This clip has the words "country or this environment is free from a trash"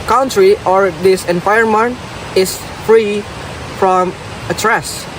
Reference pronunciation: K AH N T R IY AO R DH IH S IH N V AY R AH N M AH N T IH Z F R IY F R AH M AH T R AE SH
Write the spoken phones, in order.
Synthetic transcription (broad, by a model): K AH N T R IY AO R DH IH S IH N F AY AH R M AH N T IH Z F R IY F R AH M AH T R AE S